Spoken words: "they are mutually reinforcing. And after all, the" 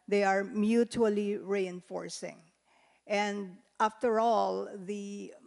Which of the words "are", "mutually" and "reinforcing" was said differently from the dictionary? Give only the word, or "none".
none